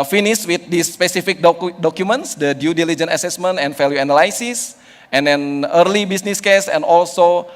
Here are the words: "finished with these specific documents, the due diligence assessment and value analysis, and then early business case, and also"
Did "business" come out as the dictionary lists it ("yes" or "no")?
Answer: no